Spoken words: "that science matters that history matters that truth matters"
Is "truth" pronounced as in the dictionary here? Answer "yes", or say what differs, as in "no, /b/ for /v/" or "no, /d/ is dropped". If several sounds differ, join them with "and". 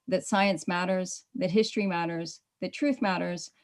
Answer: yes